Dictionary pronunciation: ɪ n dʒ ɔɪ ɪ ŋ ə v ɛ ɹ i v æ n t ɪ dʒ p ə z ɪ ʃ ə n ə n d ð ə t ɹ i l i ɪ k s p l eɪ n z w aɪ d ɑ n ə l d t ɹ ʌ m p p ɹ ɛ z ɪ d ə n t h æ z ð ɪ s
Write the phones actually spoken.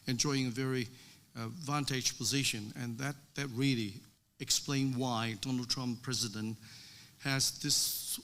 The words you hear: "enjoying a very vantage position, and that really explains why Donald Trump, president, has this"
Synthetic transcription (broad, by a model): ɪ n dʒ ɔɪ ɪ ŋ ə v ɛ ɹ i v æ n t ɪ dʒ p ə z ɪ ʃ ə n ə n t ð ə t ɹ i l i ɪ k s p l eɪ n w aɪ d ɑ n l d t ɹ ʌ m p p ɹ ɛ z ɪ d ə n t h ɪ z ð ɪ s